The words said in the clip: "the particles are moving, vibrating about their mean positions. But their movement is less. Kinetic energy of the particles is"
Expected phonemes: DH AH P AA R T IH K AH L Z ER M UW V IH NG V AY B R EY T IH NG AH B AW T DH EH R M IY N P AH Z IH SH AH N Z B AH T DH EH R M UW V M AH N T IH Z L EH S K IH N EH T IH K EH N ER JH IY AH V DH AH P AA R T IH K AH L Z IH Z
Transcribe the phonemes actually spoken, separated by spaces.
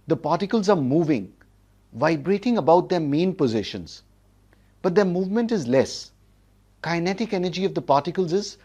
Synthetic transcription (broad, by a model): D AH P AA R T IH K AH L Z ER M UW V IH NG V AY B R EY T IH NG AH B AW T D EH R M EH N P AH Z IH SH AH N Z B AH T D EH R M UW V M AH N T IH Z L EH S K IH N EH T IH K EH N ER JH IY AH V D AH P AA R T IH K AH L Z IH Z